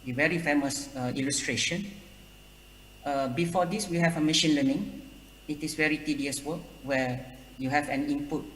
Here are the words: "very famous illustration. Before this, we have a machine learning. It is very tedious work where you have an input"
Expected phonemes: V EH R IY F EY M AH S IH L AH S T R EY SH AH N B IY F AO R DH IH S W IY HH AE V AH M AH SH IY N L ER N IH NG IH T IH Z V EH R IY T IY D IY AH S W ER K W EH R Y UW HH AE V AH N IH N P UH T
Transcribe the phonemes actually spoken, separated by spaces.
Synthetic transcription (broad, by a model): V EH R IY F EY M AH S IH L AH S T R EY SH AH N B IY F AO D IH S W IY HH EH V AH M AH SH IY N L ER N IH NG IH T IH S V EH R IY T IY D IY AH S W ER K W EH Y UW HH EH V AH N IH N P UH T